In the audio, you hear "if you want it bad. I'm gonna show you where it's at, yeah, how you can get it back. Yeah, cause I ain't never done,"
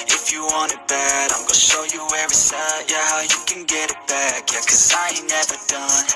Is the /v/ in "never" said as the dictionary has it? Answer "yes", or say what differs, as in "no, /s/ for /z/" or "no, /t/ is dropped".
yes